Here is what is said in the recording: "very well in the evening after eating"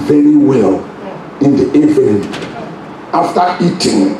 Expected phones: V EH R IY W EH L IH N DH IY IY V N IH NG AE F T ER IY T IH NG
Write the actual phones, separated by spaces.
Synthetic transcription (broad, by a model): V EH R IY W EH L IH N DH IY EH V IH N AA F T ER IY T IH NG